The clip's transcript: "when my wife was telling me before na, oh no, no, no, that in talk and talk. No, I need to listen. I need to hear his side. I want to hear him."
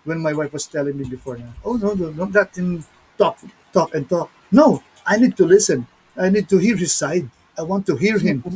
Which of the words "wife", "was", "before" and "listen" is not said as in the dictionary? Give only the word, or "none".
was